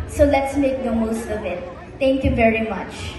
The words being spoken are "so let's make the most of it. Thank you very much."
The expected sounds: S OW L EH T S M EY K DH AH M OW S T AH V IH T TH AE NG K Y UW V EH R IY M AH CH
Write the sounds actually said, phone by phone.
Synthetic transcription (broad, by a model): S OW L EH T S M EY K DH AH M OW S T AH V IH T T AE NG K Y UW V EH R IY M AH CH